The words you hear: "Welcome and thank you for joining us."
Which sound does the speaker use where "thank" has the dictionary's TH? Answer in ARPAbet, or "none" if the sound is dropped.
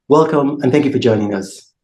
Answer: TH